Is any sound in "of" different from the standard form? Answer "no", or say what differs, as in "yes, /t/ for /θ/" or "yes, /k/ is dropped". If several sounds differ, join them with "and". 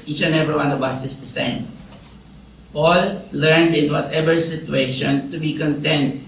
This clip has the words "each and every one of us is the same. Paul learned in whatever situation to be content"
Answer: yes, /b/ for /v/